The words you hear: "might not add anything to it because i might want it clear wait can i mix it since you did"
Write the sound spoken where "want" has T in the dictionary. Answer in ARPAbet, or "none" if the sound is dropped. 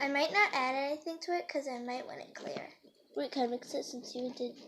none